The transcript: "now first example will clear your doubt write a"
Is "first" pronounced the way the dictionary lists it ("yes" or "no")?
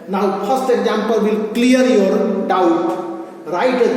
no